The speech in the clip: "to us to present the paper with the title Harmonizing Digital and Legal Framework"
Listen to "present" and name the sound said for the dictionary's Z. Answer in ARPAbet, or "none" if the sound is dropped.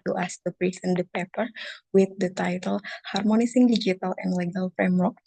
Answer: S